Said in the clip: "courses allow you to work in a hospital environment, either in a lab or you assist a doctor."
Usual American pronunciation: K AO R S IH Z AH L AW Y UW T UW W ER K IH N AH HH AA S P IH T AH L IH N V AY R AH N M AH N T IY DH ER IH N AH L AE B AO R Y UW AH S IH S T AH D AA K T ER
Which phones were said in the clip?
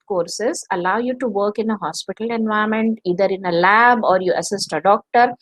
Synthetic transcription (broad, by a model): K AO R S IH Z AH L AW Y UW T UW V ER K IH N AH HH AA S P IH T AH L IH N V AY AH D M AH N T IY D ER IH N AH L AE B AO R Y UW AH S IH S T AH D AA K T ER